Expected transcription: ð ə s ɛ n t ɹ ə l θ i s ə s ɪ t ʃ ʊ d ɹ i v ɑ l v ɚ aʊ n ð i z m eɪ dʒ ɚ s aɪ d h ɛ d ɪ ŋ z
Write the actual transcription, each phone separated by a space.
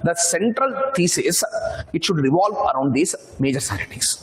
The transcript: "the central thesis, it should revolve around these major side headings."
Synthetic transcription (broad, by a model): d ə s ɛ n t ɹ ə l t i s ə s ɪ t ʃ ʊ d ɹ i v ɑ l v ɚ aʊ n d i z m eɪ dʒ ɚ s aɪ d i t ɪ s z